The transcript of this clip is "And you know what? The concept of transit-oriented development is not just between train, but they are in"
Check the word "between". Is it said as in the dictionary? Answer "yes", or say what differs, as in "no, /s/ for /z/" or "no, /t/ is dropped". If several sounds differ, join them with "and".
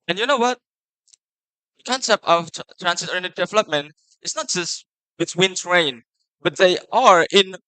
no, /s/ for /t/